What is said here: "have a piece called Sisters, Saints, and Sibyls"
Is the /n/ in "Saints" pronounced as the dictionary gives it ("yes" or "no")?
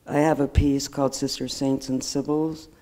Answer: yes